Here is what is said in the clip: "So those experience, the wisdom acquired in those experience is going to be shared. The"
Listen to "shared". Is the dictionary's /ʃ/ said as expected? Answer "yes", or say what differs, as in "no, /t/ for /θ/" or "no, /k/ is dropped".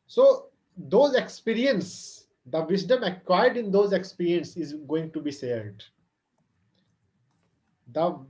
no, /s/ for /ʃ/